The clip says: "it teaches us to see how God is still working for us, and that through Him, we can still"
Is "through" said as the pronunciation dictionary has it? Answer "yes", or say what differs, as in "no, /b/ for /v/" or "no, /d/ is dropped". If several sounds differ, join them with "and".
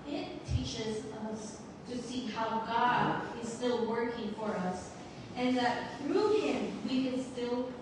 yes